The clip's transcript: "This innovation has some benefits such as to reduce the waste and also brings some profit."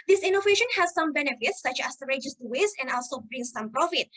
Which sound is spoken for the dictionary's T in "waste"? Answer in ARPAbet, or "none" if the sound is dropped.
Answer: none